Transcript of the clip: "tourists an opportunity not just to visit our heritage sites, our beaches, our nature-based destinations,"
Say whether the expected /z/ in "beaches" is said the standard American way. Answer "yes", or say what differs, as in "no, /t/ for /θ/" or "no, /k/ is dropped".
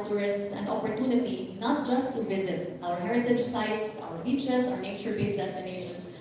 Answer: no, /s/ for /z/